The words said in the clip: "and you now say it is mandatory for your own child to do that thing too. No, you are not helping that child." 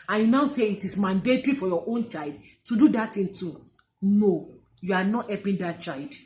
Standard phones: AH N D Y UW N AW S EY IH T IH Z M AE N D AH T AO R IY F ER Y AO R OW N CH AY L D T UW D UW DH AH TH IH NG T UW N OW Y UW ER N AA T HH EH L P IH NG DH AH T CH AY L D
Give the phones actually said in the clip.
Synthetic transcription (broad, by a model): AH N Y UW N AW S EY IH T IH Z M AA N D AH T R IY F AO Y AO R OW N CH AY L D T UW D UW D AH T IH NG T UW N OW Y UW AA N AA T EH P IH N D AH T CH AY L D